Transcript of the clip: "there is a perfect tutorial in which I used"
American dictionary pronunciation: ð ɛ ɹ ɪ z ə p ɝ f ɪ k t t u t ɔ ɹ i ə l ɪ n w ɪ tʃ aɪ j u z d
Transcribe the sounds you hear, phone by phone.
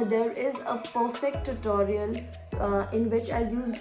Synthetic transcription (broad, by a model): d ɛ ɹ ɪ z ə p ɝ f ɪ k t t u t ɔ ɹ i ə l ɪ n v ɪ tʃ aɪ j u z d